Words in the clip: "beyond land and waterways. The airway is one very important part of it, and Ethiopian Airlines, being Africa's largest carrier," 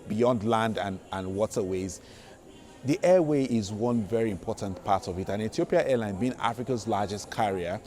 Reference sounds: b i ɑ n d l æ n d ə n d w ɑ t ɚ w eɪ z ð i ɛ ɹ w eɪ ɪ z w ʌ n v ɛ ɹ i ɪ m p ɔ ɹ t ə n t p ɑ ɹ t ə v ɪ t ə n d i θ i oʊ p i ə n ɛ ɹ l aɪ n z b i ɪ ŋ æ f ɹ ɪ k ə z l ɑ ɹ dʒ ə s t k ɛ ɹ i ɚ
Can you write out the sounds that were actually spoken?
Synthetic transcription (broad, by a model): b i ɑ n d l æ n d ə n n w ɑ t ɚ w eɪ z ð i ɛ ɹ w eɪ ɪ z w ʌ n v ɛ ɹ i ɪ m p ɔ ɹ t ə n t p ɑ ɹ t ə v ɪ t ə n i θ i oʊ p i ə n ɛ l aɪ n b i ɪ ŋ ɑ f ɹ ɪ k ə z l ɑ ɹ dʒ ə s t k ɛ ɹ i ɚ